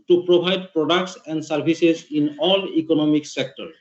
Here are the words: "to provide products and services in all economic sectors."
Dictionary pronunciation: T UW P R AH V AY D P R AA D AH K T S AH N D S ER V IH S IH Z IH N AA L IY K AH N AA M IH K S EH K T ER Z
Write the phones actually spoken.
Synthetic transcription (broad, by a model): T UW P R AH B AY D P R AA D AH K T S AH N D S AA B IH S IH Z IH N AA L IY K AH N AA M IH K S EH K T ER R